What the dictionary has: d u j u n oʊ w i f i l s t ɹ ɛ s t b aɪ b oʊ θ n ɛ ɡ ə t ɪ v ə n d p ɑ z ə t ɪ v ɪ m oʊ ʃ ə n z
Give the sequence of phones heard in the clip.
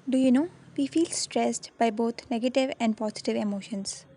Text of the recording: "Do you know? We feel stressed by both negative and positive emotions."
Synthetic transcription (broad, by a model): d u j u n oʊ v i f i l s t ɹ ɛ s t b aɪ b oʊ t n ɛ ɡ ə t ɪ v ə n d p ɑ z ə t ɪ v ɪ m oʊ ʃ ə n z